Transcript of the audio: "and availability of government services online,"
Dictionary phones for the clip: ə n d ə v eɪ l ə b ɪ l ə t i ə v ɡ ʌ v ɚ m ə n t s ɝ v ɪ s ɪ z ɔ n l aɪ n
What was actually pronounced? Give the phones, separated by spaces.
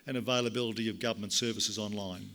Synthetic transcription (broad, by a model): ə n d ə v eɪ l ə b ɪ l ə t i ə v ɡ ʌ v ɚ m ə n t s ɝ v ɪ s ɪ z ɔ n l aɪ n